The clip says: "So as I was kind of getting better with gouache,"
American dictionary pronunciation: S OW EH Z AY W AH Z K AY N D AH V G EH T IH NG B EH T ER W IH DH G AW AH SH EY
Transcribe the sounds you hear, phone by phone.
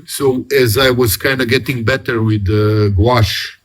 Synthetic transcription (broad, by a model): S OW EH Z AY W AH Z K AY N D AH G EH T IH NG B EH T ER W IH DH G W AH SH